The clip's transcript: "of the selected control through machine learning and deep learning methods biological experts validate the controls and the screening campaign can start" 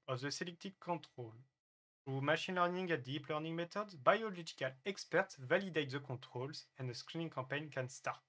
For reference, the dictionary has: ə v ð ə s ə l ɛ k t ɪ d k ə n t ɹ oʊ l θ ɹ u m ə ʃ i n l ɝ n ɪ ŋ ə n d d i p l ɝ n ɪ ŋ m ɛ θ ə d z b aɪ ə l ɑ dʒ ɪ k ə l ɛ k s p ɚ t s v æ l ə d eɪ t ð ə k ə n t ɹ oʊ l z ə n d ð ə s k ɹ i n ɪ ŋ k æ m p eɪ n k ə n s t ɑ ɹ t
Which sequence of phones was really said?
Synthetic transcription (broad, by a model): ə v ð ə s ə l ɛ k t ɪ k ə t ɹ oʊ l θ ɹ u m ə ʃ i n l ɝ n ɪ ŋ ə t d d i p l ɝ n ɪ ŋ m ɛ t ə d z b aɪ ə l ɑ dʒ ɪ k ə l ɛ k s p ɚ t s v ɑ l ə d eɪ t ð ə k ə t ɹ oʊ l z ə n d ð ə s k ɹ i n ɪ ŋ k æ p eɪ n k ə n s t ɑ ɹ t